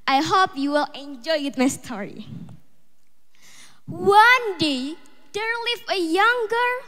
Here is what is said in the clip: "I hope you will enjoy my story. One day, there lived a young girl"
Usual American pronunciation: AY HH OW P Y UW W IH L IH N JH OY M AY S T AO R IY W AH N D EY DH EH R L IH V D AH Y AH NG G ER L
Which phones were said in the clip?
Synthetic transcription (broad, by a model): AY HH OW P Y UW W IH L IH N JH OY M AY S T AO R IY W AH N D EY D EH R L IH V AH Y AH NG G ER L